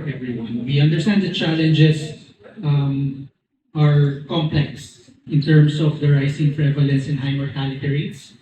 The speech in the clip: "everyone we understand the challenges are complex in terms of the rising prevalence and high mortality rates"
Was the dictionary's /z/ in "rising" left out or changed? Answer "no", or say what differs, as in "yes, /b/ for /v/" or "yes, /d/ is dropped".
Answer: yes, /s/ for /z/